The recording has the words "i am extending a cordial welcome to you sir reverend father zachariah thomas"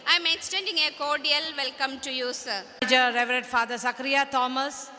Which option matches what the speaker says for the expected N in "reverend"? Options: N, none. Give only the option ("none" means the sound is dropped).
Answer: none